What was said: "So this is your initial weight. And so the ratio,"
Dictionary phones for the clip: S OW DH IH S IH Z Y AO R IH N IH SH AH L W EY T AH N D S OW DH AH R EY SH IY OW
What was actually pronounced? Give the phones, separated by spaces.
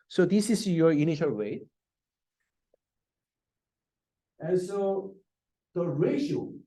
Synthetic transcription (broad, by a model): S OW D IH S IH S Y AO R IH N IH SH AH L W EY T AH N S OW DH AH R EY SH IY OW